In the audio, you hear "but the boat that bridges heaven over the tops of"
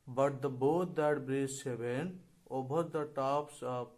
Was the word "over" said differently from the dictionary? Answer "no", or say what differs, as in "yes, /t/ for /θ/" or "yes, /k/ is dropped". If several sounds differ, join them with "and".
yes, /b/ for /v/